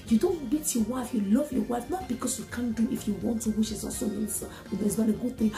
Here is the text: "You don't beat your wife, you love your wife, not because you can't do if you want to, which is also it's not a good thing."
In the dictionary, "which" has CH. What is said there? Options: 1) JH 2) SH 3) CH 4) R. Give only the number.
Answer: 2